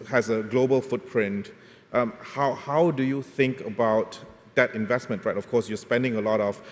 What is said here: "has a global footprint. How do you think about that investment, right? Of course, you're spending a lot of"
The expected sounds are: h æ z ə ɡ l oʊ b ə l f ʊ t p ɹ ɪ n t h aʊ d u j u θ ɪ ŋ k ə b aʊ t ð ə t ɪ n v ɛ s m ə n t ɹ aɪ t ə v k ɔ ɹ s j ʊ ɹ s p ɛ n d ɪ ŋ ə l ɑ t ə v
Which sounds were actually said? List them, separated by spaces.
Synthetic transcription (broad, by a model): h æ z ə ɡ l oʊ b ə l f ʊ t p ɹ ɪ n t h aʊ d u j u θ ɪ ŋ k ə b aʊ t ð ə t ɪ n v ɛ s m ə n t ɹ aɪ t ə f k ɔ s j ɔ s p ɛ n d ɪ ŋ ə l ɑ t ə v